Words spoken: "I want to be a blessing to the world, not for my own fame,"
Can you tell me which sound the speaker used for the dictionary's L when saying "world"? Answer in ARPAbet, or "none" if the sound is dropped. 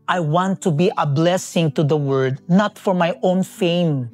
none